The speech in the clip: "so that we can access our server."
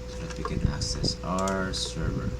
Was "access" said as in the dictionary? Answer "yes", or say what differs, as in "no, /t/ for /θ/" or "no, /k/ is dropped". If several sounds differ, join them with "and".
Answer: no, /k/ is dropped